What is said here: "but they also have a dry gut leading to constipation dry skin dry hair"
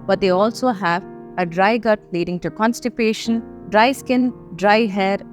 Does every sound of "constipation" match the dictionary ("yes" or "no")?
yes